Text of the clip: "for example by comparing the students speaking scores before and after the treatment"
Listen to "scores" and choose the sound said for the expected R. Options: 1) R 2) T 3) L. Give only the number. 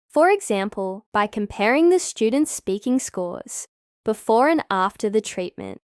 1